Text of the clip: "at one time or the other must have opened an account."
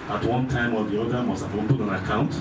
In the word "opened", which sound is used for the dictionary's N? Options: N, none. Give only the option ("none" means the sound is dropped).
none